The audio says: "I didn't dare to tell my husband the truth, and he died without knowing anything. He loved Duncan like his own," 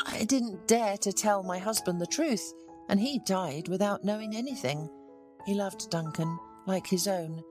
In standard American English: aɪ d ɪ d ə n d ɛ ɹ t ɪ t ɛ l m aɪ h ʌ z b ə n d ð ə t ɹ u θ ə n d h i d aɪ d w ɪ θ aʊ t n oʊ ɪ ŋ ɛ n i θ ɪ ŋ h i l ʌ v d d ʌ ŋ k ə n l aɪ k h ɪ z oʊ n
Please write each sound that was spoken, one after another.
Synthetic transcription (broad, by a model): aɪ d ɪ d n d ɛ ɹ t ɪ t ɛ l m aɪ h ʌ z b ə n ð ə t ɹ u θ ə n i d aɪ d w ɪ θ aʊ t n oʊ ɪ ŋ ɛ n i θ ɪ ŋ h i l ʌ v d d ʌ ŋ k ə n l aɪ k h ɪ z oʊ n